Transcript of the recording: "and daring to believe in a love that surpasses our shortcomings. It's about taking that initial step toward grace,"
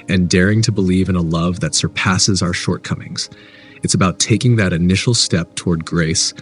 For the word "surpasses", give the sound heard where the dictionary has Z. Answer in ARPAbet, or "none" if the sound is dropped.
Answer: Z